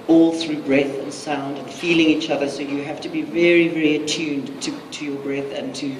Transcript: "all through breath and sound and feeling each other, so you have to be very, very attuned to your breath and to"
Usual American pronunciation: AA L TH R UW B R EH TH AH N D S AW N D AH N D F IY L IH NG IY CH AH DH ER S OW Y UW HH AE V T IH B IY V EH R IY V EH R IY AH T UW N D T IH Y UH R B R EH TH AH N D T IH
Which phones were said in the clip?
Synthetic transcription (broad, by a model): AA L TH R UW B R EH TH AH N S AW N D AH N F IY L IH NG IY CH AH DH ER S OW Y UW HH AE F T IH B IY V EH R IY V EH R IY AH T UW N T T IH Y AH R B R EH TH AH N T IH